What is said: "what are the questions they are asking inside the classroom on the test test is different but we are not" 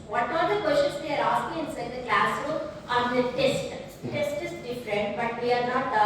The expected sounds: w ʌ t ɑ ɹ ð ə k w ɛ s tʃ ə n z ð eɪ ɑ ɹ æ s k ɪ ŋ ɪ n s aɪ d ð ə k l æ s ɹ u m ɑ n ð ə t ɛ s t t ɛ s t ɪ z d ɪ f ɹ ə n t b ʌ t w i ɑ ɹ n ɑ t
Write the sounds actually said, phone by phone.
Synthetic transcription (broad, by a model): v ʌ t ɑ ɹ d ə k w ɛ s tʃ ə n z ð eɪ ɑ ɹ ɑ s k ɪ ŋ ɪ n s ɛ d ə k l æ s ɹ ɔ ɑ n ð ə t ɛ s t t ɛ s t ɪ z d ɪ f ɹ ə n t b ʌ t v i ɑ ɹ n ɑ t